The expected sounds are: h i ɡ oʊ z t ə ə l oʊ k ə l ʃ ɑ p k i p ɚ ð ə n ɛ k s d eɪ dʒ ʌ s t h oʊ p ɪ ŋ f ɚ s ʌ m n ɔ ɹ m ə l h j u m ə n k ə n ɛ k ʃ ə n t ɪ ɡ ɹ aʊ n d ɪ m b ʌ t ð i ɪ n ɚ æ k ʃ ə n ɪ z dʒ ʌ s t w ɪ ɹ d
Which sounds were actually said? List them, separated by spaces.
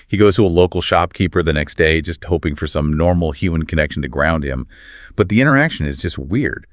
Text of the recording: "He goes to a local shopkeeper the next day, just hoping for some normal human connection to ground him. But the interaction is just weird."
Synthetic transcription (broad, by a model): h i ɡ oʊ z t ə ə l oʊ k l ʃ ɑ p k i p ɚ ð ə n ɛ k s d eɪ dʒ ʌ s t h oʊ p ɪ ŋ f ɚ s ʌ m n ɔ ɹ m l h j u m ə n k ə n ɛ k ʃ n t ɪ ɡ ɹ aʊ n d ɪ m b ʌ t ð i ɪ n ɚ æ k ʃ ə n ɪ z dʒ ʌ s t w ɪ ɹ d